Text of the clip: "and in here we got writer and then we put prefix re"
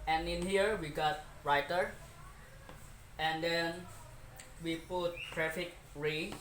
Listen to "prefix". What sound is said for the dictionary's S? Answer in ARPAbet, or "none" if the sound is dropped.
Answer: none